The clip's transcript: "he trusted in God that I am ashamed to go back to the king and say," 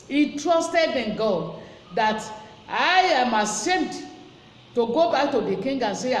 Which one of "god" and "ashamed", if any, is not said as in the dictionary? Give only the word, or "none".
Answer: ashamed